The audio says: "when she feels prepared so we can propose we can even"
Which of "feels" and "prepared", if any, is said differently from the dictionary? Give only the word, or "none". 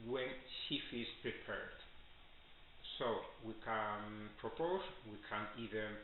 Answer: feels